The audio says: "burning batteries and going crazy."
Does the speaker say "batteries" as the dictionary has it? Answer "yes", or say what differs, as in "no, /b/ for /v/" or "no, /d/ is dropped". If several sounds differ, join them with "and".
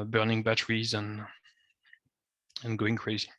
yes